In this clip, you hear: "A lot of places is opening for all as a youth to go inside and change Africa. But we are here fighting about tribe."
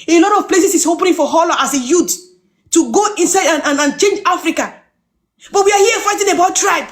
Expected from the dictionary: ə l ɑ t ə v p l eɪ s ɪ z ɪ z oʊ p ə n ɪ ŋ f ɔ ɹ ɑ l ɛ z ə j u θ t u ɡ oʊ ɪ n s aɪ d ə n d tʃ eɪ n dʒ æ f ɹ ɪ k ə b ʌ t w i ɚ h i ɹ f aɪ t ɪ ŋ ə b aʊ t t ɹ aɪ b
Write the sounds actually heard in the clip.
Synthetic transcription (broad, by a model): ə l ɑ t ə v p l eɪ s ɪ s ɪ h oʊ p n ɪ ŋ f ɔ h ɑ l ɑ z ə j u t t u ɡ oʊ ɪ n s aɪ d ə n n tʃ eɪ n dʒ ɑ f ɹ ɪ k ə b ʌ t w i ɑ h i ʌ f aɪ t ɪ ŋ ə b aʊ t t ɹ aɪ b